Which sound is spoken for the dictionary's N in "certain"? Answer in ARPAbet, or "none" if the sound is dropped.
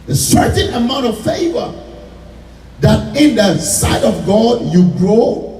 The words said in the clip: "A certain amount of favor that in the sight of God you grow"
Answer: N